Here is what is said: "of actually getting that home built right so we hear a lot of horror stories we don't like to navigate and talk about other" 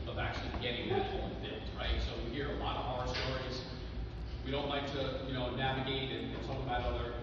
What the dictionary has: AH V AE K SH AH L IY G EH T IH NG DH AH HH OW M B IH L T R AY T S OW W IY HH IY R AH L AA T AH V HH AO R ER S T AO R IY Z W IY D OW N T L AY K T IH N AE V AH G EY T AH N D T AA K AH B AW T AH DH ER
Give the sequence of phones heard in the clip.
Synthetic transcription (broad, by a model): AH V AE K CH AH L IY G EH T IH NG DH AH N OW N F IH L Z R AY T S OW W IY HH IY R AH L AA T AH V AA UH ER S T AO R IY Z W IY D OW N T L AY K T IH N AE V AH G EY T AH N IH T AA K AH B AW T AH DH ER